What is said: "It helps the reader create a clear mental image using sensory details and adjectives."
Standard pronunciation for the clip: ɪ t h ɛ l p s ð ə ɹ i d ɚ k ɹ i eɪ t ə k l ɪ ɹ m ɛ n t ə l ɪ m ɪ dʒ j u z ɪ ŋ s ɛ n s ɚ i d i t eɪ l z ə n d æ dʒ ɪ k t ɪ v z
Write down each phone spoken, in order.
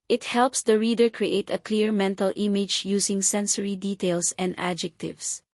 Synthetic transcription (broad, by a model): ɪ t h ɛ l p s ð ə ɹ i d ɚ k ɹ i eɪ t ə k l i ɹ m ɛ n t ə l ɪ m ɪ dʒ j u s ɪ ŋ s ɛ n s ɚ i d i t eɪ l s ə n d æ dʒ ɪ k t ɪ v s